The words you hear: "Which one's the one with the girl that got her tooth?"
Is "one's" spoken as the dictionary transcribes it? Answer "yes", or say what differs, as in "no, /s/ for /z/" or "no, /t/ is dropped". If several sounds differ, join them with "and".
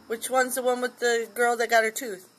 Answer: yes